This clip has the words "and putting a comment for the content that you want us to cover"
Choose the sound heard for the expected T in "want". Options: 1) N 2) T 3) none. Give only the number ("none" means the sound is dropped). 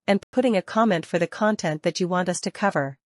2